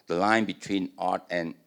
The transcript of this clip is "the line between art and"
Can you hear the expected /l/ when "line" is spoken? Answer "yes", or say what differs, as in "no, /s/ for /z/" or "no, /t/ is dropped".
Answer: yes